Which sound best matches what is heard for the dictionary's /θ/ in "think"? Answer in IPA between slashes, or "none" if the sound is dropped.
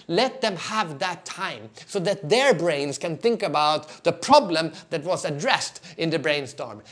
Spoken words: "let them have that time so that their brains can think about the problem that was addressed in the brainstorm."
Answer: /θ/